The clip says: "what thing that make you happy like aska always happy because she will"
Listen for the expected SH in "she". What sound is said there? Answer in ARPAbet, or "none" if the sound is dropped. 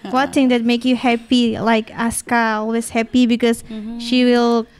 SH